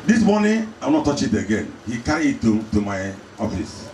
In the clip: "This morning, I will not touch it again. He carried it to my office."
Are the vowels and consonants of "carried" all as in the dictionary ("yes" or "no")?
no